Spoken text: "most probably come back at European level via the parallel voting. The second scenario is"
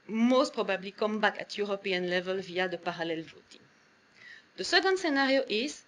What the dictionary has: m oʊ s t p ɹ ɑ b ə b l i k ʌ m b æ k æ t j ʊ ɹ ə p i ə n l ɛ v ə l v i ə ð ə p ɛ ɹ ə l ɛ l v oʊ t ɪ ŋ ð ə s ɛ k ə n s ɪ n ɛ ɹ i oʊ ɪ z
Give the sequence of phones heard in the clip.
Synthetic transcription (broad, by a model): m oʊ s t p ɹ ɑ b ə b l i k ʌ m b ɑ k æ t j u ɹ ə p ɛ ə n l ɛ v ə l v i ə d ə p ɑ ɹ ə l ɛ l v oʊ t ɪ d ə s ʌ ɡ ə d s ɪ n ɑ ɹ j oʊ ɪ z